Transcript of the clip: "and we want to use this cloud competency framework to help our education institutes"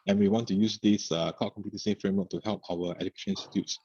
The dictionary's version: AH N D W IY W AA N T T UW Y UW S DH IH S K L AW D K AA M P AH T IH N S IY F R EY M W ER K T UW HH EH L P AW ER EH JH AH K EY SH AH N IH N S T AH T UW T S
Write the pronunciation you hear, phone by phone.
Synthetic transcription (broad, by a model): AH N W IY W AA N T T UW Y UW S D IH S K AW K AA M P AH T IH S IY F R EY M W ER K T UW HH EH L P AW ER EH JH AH K EY SH AH N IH N S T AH T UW T S